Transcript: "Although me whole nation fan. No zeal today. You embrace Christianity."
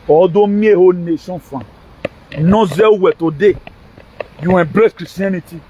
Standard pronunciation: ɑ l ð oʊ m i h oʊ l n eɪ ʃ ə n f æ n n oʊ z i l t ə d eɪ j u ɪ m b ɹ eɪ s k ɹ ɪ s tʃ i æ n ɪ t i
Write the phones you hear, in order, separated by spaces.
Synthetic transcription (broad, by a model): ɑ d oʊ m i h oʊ n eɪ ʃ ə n f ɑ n n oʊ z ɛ w t ə d eɪ j u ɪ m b ɹ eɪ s k ɹ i s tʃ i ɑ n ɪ t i